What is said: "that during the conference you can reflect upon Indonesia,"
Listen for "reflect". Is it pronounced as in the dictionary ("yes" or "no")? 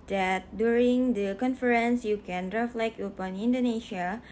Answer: yes